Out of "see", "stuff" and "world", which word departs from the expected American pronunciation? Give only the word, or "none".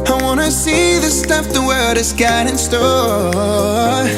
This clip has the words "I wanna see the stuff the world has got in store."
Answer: world